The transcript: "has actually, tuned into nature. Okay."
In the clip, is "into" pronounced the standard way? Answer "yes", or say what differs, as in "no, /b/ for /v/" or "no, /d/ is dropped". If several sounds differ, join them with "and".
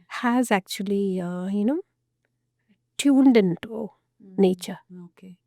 yes